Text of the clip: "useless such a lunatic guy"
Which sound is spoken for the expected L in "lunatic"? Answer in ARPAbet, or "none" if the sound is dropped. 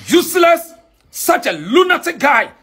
L